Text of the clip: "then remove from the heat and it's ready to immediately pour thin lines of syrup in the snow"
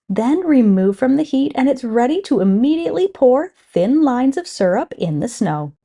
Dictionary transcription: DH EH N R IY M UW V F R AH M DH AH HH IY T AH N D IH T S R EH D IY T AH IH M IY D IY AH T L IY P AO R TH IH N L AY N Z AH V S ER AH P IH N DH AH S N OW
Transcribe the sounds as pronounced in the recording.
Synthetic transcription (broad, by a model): DH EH N R IY M UW V F R AH M DH AH HH IY T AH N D IH T S R EH D IY T AH IH M IY D IY AH T L IY P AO R TH IH N L AY N Z AH V S ER AH P IH N DH AH S N OW